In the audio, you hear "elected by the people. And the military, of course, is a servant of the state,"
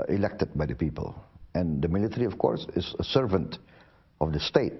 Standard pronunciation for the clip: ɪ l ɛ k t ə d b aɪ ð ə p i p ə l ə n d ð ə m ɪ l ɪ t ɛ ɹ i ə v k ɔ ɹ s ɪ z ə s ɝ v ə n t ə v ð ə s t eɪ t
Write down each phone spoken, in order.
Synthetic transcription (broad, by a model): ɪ l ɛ k t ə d b aɪ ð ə p i p ə l ə n d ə m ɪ l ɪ t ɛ ɹ i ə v k ɔ ɹ s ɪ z ə s ɝ v ə n t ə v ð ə s t eɪ t